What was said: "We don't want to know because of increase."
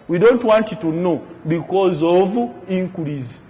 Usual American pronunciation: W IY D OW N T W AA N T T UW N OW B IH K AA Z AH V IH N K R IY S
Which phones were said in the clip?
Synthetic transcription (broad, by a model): W IY D OW N T W AA N T T UW N OW B IH K AA Z AH V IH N K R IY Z